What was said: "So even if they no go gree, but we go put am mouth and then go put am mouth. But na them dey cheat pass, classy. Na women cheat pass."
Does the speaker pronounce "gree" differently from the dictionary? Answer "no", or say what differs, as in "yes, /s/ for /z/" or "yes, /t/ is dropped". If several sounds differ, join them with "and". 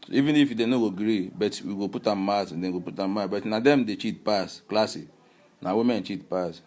no